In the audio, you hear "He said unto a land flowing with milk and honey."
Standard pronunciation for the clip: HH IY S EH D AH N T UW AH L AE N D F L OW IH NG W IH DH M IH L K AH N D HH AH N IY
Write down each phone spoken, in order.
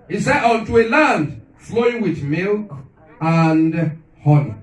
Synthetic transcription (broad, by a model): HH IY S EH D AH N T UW AH L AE N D F L OW IH NG W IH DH M IH L K AH N D HH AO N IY